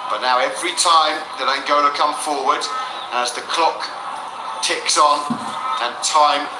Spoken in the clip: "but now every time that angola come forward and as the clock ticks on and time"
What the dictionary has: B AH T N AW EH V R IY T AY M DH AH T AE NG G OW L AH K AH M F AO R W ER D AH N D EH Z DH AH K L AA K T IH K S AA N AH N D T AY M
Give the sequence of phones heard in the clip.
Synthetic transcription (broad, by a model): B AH T N AW EH V R IY T AY M DH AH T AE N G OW N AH K AH M F AO R W ER D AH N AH Z DH AH K L AA K T IH K S N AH N T AY M